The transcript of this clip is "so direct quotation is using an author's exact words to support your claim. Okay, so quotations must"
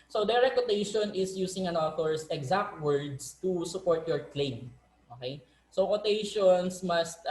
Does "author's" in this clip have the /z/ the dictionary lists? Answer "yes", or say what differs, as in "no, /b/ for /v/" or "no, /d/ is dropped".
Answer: no, /s/ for /z/